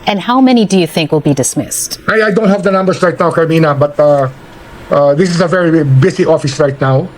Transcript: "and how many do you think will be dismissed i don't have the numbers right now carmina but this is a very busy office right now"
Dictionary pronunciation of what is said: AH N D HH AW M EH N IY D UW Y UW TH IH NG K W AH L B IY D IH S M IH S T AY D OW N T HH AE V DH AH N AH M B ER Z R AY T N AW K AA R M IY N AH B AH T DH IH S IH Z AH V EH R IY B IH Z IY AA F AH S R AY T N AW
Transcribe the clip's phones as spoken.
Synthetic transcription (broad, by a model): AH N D HH AW M EH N IY D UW Y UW TH IH NG K W AH L B IY D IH S M IH S T AY D OW N T HH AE V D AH N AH M B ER S R AY T N AW K AA R M IY N AH B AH T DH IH S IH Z AH V EH R IY B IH S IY AA F AH S R AY T N AW